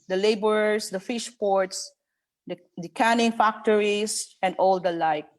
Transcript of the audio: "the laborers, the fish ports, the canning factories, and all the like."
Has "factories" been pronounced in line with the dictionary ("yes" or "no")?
no